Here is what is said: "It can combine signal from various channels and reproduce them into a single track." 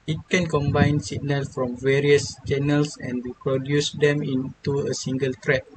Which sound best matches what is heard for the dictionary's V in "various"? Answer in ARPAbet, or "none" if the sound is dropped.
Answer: V